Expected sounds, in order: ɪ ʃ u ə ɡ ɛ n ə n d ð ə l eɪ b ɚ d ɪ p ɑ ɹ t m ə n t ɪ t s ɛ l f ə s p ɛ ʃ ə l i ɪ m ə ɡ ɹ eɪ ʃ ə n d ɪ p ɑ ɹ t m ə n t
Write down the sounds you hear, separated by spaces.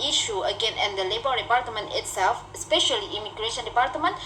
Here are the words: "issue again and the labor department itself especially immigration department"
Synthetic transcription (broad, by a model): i ʃ u ə ɡ ɛ n ə n d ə l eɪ b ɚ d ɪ p ɑ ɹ t m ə n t ɪ t s ɛ l f ə s p ɛ ʃ ə l i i m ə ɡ ɹ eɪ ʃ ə n d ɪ p ɑ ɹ t m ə n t